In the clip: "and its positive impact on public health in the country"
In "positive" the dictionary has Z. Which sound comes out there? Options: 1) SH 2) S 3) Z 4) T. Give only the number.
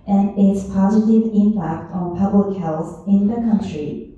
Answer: 3